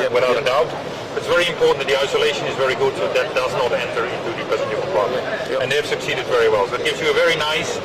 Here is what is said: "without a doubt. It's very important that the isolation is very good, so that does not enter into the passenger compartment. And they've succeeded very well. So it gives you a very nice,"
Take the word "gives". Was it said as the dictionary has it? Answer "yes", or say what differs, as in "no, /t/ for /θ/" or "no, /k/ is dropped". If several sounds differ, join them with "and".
yes